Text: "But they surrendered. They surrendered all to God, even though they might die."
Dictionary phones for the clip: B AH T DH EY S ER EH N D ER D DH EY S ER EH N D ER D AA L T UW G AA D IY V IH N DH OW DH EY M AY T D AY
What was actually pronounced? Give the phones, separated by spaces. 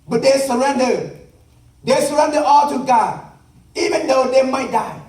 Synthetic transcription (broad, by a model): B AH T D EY S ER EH N D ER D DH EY S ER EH N D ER AA L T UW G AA IY V IH N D OW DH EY M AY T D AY